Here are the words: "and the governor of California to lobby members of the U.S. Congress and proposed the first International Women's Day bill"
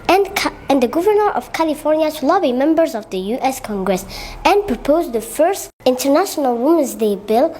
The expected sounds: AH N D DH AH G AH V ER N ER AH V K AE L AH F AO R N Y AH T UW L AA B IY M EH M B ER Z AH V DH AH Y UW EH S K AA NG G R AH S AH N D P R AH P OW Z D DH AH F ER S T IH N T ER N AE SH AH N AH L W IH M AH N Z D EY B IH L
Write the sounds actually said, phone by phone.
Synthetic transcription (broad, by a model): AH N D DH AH G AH V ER N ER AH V K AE L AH F AO R N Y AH T UW L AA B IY M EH M B ER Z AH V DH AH Y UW EH S K AA NG G R AH S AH N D P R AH P OW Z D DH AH F ER S T IH N T ER N AE SH AH N AH L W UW M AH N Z D EY B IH L